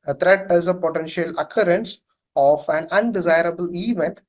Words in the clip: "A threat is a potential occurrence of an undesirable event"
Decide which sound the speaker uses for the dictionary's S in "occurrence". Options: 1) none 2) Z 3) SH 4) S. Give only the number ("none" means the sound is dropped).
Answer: 4